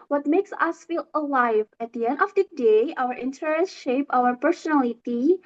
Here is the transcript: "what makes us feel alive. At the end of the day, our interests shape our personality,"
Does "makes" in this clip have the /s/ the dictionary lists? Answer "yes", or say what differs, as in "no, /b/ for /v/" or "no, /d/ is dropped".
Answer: yes